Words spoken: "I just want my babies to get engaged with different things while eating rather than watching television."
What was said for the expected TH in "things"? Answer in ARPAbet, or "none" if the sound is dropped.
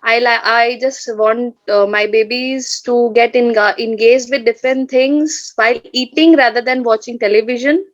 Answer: T